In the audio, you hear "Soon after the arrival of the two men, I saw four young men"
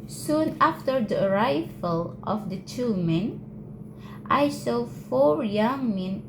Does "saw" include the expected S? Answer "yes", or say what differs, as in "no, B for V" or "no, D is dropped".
yes